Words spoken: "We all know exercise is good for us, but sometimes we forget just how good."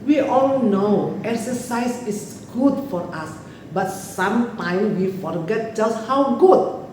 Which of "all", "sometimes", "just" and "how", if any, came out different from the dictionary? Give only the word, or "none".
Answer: sometimes